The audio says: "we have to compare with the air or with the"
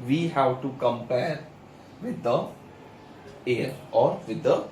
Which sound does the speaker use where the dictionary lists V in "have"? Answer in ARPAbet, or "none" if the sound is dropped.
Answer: W